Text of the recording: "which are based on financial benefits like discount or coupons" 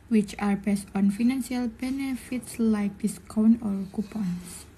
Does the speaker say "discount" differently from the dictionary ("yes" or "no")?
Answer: yes